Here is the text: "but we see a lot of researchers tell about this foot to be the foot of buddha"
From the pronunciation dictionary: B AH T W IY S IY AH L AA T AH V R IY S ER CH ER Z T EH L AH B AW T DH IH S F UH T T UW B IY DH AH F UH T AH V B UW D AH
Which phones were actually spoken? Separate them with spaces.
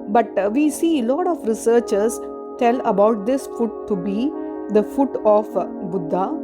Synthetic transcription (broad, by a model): B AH T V IY S IY AH L AA T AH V R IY S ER CH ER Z T EH L AH B AW T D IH S F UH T T UW B IY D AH F UH T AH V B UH D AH